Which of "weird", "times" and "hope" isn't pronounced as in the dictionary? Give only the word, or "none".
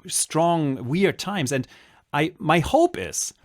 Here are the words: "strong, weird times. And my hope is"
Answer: none